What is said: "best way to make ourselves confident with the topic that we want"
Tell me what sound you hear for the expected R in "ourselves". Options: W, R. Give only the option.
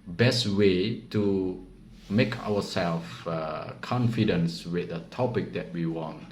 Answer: W